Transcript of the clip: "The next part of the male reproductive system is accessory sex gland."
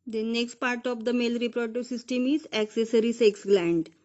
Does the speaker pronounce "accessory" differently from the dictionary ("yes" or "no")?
no